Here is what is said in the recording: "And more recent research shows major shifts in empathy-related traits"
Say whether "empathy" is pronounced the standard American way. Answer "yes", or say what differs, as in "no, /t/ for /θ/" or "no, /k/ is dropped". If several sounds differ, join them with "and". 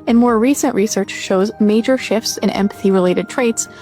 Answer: yes